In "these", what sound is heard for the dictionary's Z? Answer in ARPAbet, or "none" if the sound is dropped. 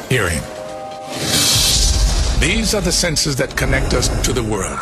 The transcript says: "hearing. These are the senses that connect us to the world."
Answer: Z